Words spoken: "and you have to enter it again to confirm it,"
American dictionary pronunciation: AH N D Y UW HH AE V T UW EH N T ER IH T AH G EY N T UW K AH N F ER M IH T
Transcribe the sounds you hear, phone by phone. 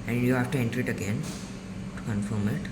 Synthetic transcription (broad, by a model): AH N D Y UW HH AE F T UW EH N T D IH T AH G EY N T UW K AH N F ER M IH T